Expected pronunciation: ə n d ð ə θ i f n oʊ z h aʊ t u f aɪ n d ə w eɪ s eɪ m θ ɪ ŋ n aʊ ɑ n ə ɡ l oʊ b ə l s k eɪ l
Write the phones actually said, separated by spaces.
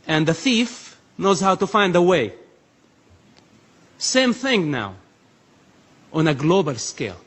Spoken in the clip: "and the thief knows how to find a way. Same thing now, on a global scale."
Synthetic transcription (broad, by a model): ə n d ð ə θ i f n oʊ z h aʊ t u f aɪ n d ə w eɪ s eɪ m θ ɪ ŋ n aʊ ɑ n ə ɡ l oʊ b ə l s k eɪ l